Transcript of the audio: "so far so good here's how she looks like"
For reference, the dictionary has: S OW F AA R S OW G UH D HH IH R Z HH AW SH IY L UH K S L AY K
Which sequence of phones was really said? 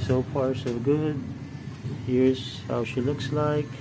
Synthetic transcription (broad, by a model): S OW P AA R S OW G UH D HH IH R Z HH AW SH IY L UH K S L AY K